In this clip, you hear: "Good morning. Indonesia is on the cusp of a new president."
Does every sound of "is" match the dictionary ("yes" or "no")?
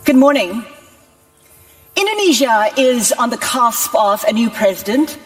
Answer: yes